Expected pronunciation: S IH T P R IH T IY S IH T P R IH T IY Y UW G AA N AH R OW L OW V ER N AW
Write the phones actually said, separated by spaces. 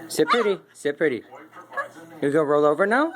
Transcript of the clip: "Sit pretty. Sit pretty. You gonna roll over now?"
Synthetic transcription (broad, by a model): S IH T P R IH T IY S IH T P R IH T IY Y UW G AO AH R OW L OW V ER N AW